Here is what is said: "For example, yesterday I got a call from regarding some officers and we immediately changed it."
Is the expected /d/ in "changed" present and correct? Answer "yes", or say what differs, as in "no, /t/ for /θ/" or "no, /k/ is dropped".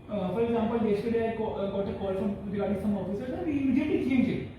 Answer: no, /d/ is dropped